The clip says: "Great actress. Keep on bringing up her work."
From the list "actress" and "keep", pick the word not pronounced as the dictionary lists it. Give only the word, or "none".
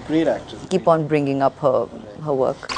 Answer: actress